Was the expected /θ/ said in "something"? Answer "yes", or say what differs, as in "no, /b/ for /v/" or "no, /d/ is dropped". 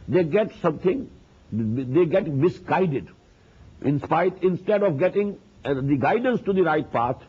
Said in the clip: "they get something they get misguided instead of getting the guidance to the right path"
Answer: no, /t/ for /θ/